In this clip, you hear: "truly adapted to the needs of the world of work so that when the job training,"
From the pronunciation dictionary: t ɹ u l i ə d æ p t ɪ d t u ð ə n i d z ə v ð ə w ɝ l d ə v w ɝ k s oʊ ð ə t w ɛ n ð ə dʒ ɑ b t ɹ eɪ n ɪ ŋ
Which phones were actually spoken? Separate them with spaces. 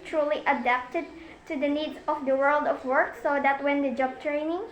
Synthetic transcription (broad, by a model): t ɹ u l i ə d æ p t ɪ d t u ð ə n i d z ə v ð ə w ɝ l d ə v w ɝ k s oʊ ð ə t w ɛ n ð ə dʒ ɑ b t ɹ eɪ n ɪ ŋ